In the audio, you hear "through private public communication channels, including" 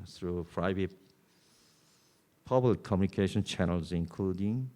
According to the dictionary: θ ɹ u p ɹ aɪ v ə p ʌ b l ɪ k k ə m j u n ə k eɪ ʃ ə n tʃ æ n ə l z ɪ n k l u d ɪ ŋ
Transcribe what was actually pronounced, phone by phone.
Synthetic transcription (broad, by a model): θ ɹ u f ɹ aɪ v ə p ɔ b ɪ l k ə m j u n ə k eɪ ʃ ə n tʃ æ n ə l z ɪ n k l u d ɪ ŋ